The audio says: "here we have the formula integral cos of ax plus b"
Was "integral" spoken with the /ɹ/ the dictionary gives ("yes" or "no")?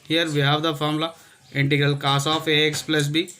yes